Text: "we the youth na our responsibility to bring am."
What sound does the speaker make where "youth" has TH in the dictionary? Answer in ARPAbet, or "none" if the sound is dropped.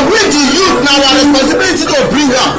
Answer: T